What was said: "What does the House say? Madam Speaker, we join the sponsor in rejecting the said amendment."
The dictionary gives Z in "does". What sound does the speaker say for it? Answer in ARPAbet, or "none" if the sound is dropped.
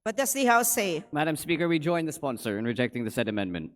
S